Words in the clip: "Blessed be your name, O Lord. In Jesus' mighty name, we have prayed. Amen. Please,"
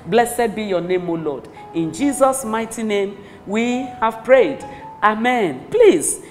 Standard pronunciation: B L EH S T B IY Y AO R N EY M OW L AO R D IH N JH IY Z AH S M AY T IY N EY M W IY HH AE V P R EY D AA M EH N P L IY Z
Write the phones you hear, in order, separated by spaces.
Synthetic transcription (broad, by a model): B L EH S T B IY Y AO N EY M OW L AO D IH N JH IY Z AH S M AY T IY N EY M W IY HH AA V P R EY D AA M EH N P L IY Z